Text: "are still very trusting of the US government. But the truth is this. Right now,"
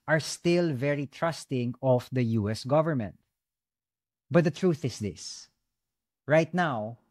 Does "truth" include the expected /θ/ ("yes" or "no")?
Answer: yes